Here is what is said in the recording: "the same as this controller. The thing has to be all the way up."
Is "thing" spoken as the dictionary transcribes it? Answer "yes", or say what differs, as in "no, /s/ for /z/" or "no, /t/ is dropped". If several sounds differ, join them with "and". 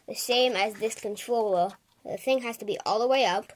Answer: yes